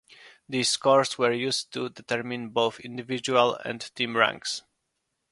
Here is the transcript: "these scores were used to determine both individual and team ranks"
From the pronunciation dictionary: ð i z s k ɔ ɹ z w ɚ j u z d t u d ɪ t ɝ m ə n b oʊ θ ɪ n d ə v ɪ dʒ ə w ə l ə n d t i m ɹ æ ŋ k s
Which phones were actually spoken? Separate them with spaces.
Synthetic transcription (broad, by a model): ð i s k ɔ ɹ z w ɚ j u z t u d ɪ t ɝ m ə n b oʊ θ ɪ n d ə v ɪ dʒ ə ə l ə n d t i m ɹ æ ŋ k s